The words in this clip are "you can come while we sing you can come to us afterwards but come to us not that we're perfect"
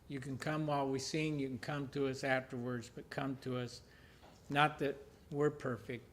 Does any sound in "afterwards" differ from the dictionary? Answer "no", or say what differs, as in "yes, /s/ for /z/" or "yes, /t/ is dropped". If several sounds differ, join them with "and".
no